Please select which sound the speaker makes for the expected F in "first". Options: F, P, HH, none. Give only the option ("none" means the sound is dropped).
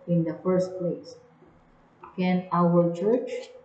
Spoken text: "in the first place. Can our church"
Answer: F